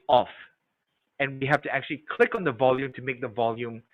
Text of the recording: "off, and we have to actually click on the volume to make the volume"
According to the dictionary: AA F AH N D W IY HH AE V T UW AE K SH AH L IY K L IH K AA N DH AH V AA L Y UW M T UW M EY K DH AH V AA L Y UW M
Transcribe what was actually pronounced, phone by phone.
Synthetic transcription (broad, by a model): AA F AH N W IY HH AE F T UW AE K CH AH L IY K L IH K AA N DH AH V AA L Y UW M T UW M EY K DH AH V AA L Y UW M